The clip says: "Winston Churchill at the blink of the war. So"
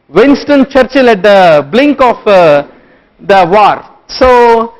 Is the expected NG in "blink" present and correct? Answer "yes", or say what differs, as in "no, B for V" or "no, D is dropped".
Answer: yes